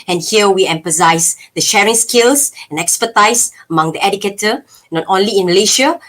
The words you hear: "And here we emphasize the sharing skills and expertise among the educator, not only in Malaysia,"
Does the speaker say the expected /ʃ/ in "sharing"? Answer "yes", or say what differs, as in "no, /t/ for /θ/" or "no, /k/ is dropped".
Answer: yes